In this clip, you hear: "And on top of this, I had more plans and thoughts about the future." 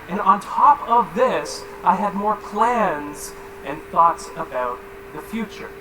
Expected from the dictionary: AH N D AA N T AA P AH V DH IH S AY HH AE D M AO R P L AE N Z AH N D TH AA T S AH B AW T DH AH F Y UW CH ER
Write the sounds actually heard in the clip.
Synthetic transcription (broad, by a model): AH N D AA N T AA P AH V DH IH S AY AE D M AO R P L AE N Z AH N TH AA T S AH B AW T DH AH F Y UW CH ER